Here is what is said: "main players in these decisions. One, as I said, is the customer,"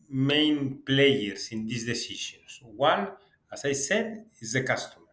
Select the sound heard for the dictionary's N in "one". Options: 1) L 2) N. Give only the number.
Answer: 1